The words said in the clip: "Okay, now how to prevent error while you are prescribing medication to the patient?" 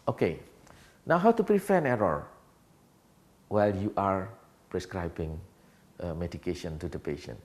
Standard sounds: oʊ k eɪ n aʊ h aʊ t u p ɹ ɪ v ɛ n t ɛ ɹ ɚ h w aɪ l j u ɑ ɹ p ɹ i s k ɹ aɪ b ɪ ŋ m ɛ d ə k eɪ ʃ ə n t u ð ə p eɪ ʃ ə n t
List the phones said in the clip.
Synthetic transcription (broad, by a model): oʊ k eɪ n aʊ h aʊ t u p ɹ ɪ f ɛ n ɛ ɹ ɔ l w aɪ l j u ɑ ɹ p ɹ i s k ɹ aɪ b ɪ ŋ m ɛ d ə k eɪ ʃ ə n t u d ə p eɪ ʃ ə n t